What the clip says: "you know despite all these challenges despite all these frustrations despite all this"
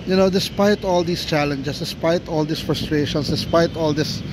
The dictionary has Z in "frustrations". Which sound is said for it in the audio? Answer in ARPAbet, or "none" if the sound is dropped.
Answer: S